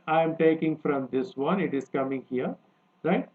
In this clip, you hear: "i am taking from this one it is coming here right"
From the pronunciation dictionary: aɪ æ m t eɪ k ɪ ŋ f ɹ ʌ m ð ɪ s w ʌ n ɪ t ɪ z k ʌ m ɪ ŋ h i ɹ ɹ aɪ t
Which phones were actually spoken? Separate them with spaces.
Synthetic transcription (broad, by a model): aɪ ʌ m t eɪ k ɪ ŋ f ɹ ʌ m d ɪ s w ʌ n ɪ t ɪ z k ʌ m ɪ ŋ h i ɹ ɹ aɪ t